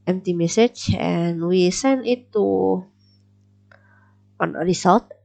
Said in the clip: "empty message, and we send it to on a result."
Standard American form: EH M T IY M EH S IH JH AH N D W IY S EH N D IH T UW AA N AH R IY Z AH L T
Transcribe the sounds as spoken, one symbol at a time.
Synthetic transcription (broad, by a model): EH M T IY M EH S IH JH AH N W IY S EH N IH T UW AA N AH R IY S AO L T